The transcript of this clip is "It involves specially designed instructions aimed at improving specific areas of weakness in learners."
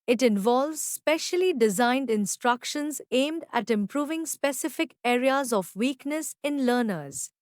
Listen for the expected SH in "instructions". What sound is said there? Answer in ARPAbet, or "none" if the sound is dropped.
SH